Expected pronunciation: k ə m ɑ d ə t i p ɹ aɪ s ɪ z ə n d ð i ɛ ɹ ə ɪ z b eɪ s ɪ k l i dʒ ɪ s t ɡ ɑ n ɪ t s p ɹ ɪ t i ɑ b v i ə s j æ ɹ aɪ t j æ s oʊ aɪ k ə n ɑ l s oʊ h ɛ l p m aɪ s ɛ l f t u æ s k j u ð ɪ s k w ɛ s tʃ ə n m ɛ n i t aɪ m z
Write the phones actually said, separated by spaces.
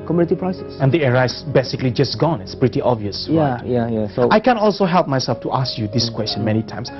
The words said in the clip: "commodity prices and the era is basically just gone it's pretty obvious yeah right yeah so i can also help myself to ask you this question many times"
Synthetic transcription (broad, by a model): k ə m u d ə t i p ɹ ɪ s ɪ s ə n d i ɛ ɹ ə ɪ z b eɪ s ɪ k l i dʒ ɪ s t ɡ ɑ n ɪ t s p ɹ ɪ t i ɑ b v i ə s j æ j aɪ j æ s oʊ aɪ k ə n ɑ l s oʊ h ɛ l p m aɪ s ɛ l f t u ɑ s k j u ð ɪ s k w ɛ s tʃ ə n m ɛ n i t aɪ m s